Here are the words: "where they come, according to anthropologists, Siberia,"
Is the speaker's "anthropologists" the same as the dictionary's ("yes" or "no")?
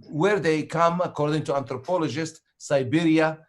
no